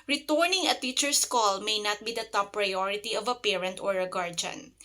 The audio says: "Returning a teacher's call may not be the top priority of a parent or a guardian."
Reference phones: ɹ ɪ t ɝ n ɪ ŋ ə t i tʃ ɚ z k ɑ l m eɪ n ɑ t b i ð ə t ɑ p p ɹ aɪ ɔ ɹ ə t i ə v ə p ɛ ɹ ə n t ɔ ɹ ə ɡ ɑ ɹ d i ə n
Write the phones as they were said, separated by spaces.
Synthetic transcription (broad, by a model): ɹ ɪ t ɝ n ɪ ŋ ə t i tʃ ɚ s k ɑ l m eɪ n ɑ t b i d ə t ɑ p p ɹ aɪ ɔ ɹ ə t i ə v ə p ɛ ɹ ə n t ɔ ɹ ə ɡ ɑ ɹ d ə n